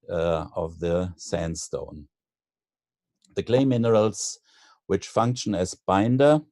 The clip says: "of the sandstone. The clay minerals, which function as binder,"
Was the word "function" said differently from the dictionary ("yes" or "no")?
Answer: no